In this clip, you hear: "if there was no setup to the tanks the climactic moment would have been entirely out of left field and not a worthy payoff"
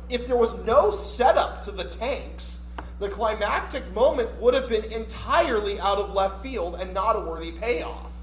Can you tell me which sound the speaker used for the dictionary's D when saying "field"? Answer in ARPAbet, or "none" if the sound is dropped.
D